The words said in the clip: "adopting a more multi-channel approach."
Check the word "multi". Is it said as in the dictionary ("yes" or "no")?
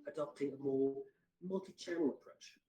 yes